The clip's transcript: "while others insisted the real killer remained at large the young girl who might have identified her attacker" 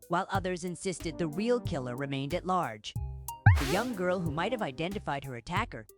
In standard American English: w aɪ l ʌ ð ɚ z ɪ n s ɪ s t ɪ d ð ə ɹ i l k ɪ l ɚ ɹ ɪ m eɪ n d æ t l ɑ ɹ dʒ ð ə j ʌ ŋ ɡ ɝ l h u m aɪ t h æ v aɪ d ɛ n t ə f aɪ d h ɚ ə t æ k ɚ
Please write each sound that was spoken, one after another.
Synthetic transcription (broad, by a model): w aɪ l ʌ ð ɚ z ɪ n s ɪ s t ɪ d ð ə ɹ i l k ɪ l ɚ ɹ ɪ m eɪ n d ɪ t l ɑ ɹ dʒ ð ə j ʌ ŋ ɡ ɝ l h u m aɪ t h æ v aɪ d ɛ n t ə f aɪ d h ɚ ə t æ k ɚ